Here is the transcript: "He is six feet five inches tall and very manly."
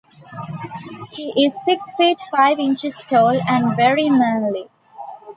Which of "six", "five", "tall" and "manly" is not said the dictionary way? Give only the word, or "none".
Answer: none